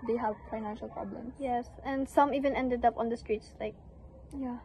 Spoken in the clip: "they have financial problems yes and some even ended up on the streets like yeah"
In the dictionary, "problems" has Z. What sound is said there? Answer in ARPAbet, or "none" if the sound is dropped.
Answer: S